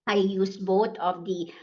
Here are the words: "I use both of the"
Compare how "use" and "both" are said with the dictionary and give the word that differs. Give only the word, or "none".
both